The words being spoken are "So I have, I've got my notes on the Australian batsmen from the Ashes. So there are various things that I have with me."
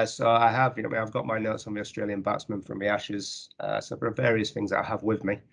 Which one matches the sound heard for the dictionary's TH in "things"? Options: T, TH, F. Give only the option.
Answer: TH